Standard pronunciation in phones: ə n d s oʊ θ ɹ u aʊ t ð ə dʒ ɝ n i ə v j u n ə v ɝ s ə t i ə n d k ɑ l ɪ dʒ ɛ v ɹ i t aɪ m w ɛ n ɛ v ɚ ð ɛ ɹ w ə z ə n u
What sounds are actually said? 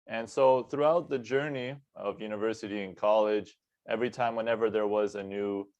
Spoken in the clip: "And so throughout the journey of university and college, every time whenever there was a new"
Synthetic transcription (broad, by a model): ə n s oʊ θ ɹ u aʊ t ð ə dʒ ɝ n i ə v j u n ə v ɝ s ə t i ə n k ɑ l ɪ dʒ ɛ v ɹ i t aɪ m w ɛ n ɛ v ɚ ð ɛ ɹ w ə z ə n u